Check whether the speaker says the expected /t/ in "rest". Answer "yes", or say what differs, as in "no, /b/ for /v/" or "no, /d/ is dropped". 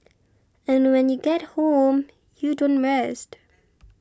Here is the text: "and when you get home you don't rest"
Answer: yes